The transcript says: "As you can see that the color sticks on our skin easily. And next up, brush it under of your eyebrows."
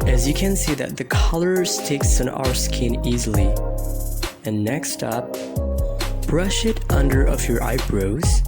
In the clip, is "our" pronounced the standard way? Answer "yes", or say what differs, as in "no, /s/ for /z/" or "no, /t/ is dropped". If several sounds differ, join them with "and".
yes